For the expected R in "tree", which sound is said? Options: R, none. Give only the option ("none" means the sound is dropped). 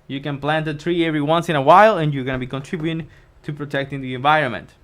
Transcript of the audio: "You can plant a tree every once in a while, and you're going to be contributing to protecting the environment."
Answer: R